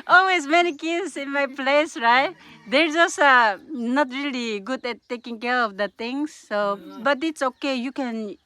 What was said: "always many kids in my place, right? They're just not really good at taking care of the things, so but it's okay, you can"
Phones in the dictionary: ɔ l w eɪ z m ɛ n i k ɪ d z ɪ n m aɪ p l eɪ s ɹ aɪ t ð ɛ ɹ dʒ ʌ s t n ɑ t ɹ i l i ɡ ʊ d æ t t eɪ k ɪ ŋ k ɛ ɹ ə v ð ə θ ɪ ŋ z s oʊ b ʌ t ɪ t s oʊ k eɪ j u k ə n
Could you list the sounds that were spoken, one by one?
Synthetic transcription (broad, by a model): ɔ l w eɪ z m ɛ n i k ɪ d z ɪ n m aɪ p l eɪ s ɹ aɪ t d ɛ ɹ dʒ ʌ s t n ɑ t ɹ i l i ɡ ʊ d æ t t eɪ k ɪ ŋ k ɛ ɹ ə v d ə t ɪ ŋ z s oʊ b ʌ t ɪ t s oʊ k eɪ j u k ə n